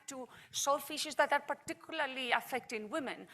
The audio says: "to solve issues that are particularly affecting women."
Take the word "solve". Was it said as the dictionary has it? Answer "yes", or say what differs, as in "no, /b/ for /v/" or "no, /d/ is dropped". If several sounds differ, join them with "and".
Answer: no, /f/ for /v/